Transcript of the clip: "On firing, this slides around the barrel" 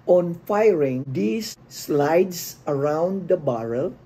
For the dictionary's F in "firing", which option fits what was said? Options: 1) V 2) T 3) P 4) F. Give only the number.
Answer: 4